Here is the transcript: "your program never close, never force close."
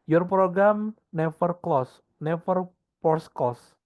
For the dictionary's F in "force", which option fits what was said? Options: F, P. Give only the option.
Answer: P